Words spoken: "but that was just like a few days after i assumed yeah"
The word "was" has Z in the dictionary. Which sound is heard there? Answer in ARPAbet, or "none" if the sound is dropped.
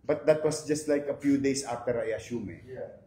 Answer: S